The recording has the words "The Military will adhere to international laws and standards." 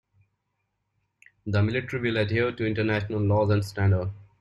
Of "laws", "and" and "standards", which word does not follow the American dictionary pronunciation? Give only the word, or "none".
standards